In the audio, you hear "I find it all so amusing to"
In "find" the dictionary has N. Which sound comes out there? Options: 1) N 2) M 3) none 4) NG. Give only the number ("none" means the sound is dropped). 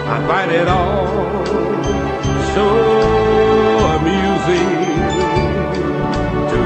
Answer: 3